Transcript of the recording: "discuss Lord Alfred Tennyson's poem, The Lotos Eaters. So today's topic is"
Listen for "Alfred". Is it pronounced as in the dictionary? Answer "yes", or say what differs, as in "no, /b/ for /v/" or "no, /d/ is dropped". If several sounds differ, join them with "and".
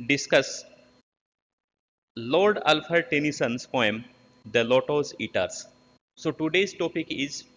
no, /ɹ/ is dropped